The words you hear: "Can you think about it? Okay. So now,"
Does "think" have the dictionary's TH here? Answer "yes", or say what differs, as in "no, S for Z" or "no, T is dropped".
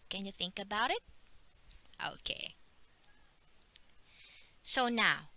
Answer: yes